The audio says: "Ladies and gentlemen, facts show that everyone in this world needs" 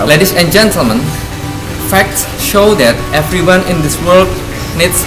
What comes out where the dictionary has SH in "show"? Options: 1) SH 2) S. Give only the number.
1